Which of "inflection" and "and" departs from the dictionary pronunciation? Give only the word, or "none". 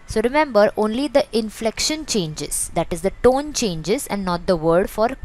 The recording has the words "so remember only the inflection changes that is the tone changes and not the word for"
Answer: none